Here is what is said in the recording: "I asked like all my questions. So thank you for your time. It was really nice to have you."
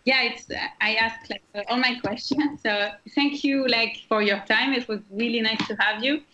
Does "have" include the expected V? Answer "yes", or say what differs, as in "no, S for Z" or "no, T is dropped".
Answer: yes